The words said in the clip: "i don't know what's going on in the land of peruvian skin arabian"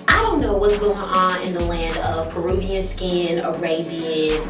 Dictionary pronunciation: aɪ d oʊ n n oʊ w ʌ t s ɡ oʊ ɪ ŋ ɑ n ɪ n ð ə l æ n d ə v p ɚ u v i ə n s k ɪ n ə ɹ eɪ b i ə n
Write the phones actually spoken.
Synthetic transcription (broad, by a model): aɪ d oʊ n n oʊ w ʌ t s ɡ oʊ ɪ ŋ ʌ n ɪ n ð ə l æ n d ə v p ɚ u b i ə n s k ɪ n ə ɹ eɪ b i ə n